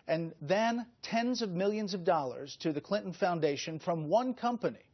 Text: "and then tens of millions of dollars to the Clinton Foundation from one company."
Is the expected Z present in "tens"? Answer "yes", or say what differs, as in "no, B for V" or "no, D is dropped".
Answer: yes